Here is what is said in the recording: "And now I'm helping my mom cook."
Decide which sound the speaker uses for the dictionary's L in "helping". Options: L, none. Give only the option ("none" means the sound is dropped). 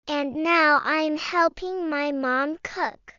L